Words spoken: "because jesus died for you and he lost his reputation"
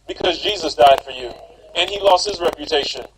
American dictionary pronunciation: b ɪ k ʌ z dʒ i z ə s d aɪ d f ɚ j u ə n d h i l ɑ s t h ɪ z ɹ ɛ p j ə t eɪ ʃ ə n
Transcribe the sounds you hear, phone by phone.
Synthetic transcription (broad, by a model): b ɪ k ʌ z dʒ i z ə s d aɪ d f ɚ j u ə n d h i l ɑ s t h ɪ z ɹ ɛ p j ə t eɪ ʃ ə n